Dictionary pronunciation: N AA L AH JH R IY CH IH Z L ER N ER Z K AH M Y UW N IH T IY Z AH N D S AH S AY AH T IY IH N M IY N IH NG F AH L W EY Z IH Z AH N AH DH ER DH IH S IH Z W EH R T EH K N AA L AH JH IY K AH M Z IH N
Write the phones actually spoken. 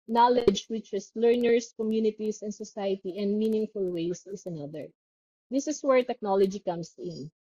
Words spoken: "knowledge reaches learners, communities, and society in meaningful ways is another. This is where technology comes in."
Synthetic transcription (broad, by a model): N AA L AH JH W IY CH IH S L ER N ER S K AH M Y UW N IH T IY S AH N D S AH S AY AH T IY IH N M IY N IH NG F AH L W EY S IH S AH N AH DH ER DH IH S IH S W EH R T EH K N AA L AH JH IY K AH M S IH N